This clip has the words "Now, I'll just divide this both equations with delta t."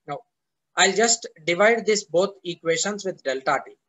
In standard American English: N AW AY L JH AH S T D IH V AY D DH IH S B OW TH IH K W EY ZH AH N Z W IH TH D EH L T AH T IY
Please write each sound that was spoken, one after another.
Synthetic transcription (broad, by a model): N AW AY L JH AH S T D IH V AY D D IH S B OW T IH K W EY SH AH N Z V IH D D EH L T AH T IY